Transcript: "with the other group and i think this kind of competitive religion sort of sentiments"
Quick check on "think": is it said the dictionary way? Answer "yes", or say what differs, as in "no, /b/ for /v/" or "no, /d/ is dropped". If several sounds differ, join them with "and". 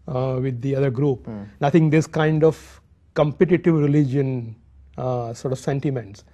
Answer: no, /t/ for /θ/